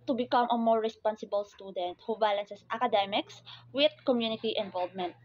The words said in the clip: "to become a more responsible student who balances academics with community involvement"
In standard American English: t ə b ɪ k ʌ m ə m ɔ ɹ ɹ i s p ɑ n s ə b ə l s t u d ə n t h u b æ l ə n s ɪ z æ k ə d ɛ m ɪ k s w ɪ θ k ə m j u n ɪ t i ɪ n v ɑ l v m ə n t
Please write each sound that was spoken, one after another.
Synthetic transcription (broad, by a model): t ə b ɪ k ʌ m ə m ɔ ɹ ɹ i s p ɑ n s ə b ə l s t u d ə n t h u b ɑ l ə n s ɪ s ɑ k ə d ɛ m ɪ k s w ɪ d k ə m j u n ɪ t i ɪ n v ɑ l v m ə n t